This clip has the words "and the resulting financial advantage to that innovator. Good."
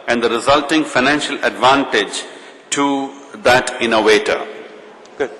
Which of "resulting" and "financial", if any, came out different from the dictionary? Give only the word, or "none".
none